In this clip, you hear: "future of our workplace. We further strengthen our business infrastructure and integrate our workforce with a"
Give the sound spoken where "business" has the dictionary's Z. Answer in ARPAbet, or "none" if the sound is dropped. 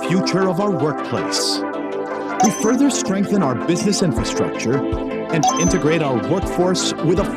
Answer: Z